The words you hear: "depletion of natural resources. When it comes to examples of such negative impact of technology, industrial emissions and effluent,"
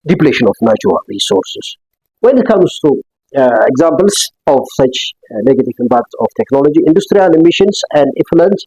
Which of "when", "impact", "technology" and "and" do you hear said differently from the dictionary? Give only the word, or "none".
impact